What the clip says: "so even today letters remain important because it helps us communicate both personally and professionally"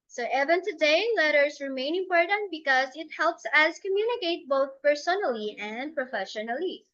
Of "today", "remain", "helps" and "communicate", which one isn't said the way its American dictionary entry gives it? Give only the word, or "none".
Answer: none